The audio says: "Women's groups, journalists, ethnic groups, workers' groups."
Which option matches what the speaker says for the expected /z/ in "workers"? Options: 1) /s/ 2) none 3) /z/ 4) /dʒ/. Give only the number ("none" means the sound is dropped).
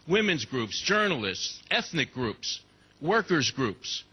3